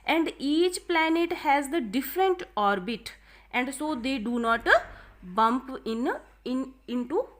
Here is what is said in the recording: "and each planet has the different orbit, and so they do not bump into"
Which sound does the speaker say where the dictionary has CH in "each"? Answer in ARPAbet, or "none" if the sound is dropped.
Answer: CH